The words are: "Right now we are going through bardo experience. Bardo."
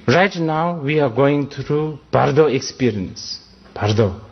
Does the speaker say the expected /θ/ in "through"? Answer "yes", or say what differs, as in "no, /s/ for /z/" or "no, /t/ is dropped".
no, /t/ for /θ/